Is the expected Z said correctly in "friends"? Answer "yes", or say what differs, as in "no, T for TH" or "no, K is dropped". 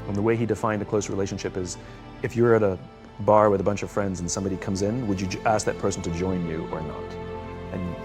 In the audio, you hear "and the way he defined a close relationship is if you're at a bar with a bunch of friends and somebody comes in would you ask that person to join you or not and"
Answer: yes